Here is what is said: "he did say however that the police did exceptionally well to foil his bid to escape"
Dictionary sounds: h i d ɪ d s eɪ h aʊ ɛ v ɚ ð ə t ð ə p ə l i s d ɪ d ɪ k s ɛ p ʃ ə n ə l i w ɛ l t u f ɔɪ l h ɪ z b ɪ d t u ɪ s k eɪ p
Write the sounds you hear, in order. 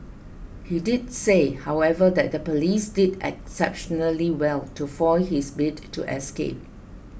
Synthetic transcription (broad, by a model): h i d ɪ d s eɪ h aʊ ɛ v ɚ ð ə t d ə p ə l i s d ɪ d ɪ k s ɛ p ʃ ə n ə l i w ɛ l t u f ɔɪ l h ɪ s b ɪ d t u ɪ s k eɪ p